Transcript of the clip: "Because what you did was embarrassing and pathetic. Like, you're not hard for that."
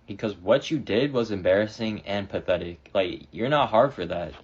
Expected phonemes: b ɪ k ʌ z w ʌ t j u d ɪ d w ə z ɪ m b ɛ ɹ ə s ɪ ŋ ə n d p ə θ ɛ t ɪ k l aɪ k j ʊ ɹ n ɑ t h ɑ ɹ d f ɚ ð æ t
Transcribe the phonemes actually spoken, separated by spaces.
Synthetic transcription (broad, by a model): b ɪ k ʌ z w ʌ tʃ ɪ d ɪ d w ə z ɪ m b ɛ ɹ ə s ɪ ŋ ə n p ə θ ɛ t ɪ k l aɪ k j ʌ ɹ n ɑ t h ɑ ɹ d f ɚ ð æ t